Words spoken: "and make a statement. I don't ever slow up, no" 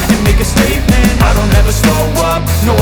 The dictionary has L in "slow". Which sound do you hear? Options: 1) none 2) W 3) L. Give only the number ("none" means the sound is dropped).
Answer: 1